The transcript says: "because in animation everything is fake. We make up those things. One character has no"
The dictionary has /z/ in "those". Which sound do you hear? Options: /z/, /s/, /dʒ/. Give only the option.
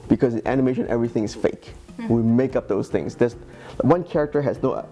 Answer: /s/